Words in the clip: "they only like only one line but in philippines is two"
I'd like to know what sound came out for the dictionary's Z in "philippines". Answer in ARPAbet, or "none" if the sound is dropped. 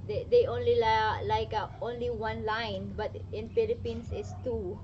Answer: S